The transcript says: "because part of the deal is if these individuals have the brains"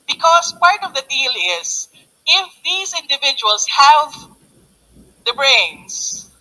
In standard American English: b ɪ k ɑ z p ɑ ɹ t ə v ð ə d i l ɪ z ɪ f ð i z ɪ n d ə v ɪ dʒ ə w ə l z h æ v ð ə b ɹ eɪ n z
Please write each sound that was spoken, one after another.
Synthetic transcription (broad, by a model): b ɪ k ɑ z p ɑ ɹ t ə v ð ə d i l ɪ z ɪ f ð i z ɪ n d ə v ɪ dʒ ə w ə l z h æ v ð ə b ɹ eɪ n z